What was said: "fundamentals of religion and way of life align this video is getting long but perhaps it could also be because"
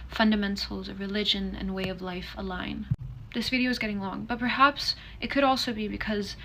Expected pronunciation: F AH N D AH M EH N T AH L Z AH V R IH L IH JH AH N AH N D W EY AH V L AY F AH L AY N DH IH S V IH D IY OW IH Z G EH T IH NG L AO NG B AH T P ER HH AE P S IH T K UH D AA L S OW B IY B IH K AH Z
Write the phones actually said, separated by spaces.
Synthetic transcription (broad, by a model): F AH N D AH M EH N T L Z AH V R IH L IH JH AH N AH N W EY AH V L AY F AH L AY N DH IH S V IH D IY OW IH Z G EH T IH NG L AO NG B AH T P ER HH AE P S IH T K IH D AA L S OW B IY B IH K AH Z